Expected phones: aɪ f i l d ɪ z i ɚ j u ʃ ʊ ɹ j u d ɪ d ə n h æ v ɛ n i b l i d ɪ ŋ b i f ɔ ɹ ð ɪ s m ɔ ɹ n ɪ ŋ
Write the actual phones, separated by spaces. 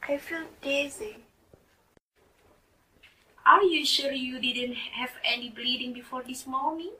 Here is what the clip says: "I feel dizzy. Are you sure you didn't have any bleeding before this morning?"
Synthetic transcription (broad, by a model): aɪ f i l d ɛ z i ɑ j u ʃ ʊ l j u d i d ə n h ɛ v ɛ n i b l i d ɪ ŋ b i f ɔ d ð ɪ s m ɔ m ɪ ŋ